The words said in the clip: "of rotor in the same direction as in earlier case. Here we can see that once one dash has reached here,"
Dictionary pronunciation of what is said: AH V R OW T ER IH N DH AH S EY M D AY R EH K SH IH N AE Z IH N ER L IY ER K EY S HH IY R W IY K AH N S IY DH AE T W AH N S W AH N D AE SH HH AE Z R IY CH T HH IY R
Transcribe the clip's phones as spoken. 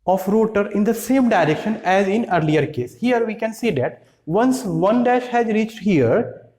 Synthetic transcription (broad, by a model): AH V R OW T ER IH N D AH S EY M D AY R EH K SH IH N AE Z IH N ER L IY ER K EY S HH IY R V IY K AH N S IY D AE T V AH N S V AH N D AE SH HH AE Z R IY CH T HH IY R